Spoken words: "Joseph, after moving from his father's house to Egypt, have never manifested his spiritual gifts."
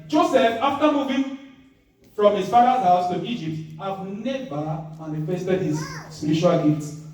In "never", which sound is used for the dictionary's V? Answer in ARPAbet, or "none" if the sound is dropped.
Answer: B